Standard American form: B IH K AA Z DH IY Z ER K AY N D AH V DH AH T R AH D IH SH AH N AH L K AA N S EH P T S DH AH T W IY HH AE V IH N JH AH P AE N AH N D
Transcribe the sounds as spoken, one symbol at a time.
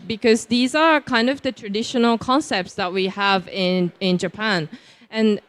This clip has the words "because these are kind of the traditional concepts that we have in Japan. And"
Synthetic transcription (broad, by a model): B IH K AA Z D IY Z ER K AY N D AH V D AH T R AH D IH SH AH N AH L K AA N S EH P T S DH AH T W IY HH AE V IH N JH AH P AE N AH N